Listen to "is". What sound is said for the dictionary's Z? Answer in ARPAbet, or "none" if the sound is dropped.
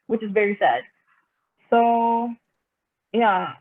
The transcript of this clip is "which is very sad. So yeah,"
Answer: Z